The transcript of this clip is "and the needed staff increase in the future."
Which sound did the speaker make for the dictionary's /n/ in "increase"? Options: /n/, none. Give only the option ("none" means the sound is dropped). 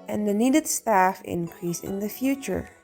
/n/